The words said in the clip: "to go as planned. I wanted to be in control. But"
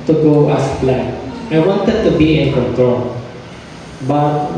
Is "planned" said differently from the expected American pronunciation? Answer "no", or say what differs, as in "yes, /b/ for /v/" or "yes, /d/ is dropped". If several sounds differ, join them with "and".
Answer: yes, /d/ is dropped